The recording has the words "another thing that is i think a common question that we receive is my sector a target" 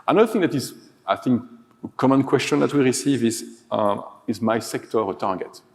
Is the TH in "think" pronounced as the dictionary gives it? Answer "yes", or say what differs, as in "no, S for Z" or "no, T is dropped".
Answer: yes